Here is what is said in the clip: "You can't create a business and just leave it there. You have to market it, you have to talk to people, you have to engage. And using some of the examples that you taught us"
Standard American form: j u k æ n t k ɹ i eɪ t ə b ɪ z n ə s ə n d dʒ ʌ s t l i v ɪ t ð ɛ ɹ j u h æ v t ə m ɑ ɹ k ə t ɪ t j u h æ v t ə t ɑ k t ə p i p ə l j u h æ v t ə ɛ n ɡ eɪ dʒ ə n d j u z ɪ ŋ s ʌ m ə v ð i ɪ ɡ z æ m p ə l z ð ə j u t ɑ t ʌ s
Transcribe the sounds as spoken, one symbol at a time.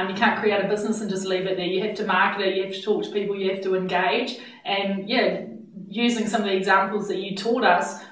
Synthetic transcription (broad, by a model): j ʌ k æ n k ɹ i eɪ t ə b ɪ z n ə s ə n dʒ ʌ s t l i v ɪ t ð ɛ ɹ j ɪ h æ f t ə m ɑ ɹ k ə t ɪ t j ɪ h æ f t ə t ɑ k t ə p i p l j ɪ h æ f t ə ɛ n ɡ eɪ dʒ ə n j j u z ɪ ŋ s ʌ m ə v ð i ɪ ɡ z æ m p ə l z ð ə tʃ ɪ t ɑ t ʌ s